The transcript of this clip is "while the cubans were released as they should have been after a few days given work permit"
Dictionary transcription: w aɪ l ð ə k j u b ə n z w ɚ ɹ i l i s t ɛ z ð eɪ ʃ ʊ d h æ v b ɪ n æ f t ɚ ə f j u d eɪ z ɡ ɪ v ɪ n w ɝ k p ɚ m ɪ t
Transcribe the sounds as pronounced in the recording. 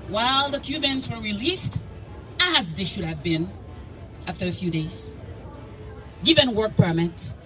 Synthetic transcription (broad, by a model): w aɪ l ð ə k j u b ə n z w ɚ ɹ i l i s t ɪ z ð eɪ ʃ ʊ d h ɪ v b ɪ n æ f t ɚ ə f j u d eɪ z ɡ ɪ v ɪ n w ɝ k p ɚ m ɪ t